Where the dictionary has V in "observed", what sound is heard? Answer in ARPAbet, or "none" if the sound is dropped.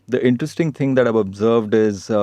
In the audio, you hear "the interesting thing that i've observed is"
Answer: V